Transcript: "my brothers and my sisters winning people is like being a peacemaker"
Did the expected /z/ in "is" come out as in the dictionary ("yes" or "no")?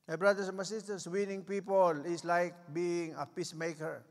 no